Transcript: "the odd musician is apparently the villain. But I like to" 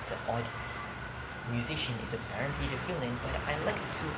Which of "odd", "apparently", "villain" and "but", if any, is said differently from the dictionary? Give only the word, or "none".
villain